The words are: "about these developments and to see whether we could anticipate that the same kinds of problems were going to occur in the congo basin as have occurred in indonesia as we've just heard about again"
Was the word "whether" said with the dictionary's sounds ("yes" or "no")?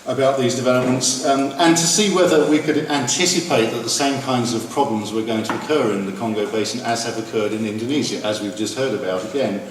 yes